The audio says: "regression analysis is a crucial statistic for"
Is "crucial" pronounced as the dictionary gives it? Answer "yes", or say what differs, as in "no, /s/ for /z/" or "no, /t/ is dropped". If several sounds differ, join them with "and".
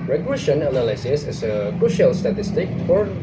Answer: no, /ɹ/ is dropped